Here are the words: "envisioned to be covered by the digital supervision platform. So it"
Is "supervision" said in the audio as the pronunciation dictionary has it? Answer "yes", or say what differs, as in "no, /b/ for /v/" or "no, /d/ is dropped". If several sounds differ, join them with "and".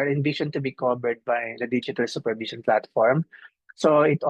no, /ʃ/ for /ʒ/